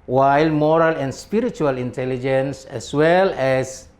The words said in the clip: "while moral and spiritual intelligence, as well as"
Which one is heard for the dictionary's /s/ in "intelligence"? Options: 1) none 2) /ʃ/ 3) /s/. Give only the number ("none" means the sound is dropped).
3